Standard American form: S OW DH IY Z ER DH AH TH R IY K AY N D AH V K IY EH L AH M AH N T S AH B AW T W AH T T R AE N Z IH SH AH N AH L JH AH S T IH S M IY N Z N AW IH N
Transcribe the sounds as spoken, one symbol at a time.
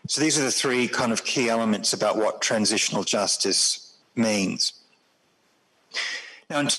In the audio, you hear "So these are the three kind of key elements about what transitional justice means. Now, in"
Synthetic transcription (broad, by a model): S OW DH IY Z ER DH AH TH R IY K AY N D AH V K IY EH L AH M AH N T S AH B AW T W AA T T R AE N Z IH SH AH N AH L JH AH S T IH S M IY N Z N AW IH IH